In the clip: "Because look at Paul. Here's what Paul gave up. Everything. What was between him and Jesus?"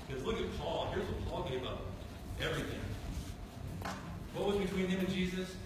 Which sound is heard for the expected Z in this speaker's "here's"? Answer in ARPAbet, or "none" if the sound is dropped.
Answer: Z